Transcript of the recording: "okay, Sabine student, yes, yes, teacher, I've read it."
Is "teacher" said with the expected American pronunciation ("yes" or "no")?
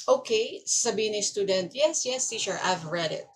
no